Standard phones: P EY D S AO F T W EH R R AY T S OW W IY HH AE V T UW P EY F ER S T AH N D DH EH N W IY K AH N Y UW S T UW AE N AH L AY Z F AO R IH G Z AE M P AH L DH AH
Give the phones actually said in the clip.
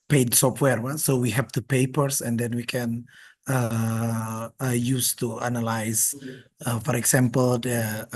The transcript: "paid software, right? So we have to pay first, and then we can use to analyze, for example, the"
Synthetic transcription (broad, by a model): P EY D S AO F T W EH R W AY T S OW W IY HH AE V T UW P EY P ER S AH N D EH N W IY K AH N Y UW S T UW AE N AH L AY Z F AO R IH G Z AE M P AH L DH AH